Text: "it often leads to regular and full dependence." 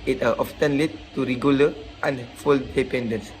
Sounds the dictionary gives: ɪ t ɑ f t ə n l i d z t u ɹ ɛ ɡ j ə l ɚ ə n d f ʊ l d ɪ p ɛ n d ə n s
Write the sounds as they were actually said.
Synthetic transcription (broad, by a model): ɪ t ɑ f t ə n l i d t u ɹ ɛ ɡ j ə l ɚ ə n f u l d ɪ p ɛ n d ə n s